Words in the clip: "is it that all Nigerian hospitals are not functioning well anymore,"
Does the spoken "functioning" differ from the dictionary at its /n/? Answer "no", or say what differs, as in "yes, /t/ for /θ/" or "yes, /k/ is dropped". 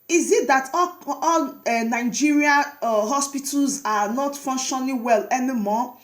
yes, /l/ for /n/